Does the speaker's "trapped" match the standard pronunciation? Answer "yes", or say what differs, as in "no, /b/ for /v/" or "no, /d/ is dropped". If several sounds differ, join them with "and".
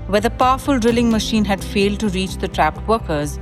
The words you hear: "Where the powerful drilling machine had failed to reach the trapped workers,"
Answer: yes